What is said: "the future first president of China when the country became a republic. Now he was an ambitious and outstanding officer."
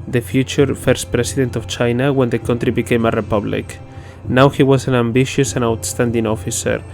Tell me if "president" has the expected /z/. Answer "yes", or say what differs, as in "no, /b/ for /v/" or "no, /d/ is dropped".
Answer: no, /s/ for /z/